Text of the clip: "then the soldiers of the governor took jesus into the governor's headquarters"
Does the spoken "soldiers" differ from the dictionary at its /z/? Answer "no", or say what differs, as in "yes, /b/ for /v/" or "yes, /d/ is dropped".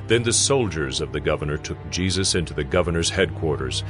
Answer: no